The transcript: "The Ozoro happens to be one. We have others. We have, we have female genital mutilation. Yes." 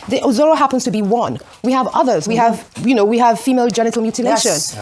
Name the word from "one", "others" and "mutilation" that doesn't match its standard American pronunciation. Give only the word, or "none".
none